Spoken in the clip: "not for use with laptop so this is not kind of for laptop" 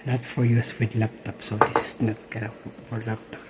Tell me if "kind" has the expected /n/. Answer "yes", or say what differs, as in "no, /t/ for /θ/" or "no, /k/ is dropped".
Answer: no, /n/ is dropped